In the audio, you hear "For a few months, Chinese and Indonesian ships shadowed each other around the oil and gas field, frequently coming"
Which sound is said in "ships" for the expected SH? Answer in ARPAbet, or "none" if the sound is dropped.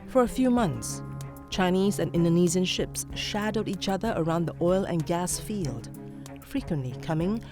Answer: SH